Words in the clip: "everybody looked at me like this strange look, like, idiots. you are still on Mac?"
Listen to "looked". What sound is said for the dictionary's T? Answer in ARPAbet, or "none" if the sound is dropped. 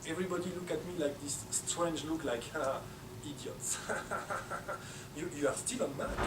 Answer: none